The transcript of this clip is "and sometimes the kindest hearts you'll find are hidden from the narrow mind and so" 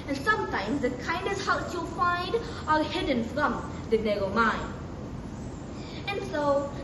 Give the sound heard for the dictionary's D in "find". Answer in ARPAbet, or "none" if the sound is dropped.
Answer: D